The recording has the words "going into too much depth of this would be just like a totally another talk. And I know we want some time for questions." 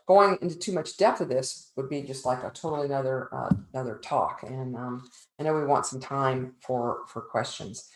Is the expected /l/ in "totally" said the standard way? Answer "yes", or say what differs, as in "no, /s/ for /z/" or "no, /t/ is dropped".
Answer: no, /n/ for /l/